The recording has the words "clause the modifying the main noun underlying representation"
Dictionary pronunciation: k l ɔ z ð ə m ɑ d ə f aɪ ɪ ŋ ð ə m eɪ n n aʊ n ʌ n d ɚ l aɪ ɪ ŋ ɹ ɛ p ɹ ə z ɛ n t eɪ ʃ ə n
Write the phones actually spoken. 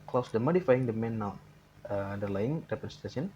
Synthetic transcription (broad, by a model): k l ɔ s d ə m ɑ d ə f aɪ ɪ ŋ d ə m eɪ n n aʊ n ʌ d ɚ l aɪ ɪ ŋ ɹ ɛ p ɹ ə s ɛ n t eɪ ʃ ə n